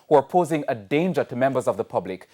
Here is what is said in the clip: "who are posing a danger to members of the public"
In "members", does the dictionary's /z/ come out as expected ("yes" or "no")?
yes